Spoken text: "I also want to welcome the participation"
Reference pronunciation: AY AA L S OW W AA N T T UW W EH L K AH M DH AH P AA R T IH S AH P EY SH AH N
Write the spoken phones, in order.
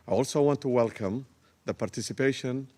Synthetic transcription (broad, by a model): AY AA L S OW W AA N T T UW W EH L K AH M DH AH P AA R T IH S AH P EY SH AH N